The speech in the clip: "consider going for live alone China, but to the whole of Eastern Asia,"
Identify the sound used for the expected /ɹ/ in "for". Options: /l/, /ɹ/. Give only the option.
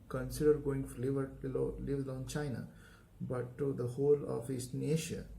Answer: /l/